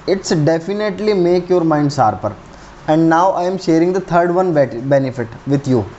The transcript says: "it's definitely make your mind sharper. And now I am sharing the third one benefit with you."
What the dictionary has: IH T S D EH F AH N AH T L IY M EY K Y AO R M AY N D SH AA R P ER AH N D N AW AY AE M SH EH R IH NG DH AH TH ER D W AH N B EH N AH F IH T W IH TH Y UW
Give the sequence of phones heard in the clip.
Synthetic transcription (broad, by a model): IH T S D EH F AH N AH T L IY M EY K Y AO R M AY N D S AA R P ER AH N D N AW AY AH M SH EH R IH NG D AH T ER D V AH N B EH N AH F IH T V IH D Y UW